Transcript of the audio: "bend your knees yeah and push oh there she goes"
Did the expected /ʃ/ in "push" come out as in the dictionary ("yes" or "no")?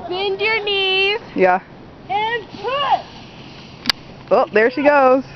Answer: no